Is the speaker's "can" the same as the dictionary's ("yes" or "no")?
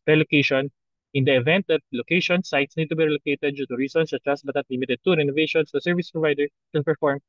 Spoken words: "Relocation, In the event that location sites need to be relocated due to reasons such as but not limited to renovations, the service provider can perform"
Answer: no